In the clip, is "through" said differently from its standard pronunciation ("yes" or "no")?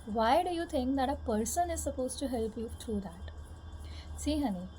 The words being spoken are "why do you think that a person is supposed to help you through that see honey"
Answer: yes